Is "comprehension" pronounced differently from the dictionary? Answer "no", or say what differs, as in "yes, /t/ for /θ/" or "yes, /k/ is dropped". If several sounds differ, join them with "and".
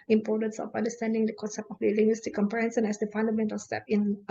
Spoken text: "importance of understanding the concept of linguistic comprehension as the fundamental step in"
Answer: yes, /s/ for /ʃ/